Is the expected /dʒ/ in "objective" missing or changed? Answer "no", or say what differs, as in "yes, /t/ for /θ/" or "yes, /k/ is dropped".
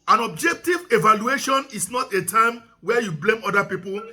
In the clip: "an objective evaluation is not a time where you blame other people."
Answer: no